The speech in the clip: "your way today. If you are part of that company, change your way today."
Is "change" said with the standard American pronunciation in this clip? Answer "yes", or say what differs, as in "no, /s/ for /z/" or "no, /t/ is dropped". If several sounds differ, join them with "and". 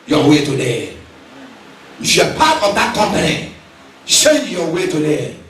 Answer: no, /ʃ/ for /tʃ/